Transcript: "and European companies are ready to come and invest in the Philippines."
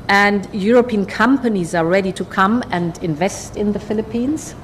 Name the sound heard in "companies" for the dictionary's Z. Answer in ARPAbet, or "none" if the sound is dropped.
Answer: Z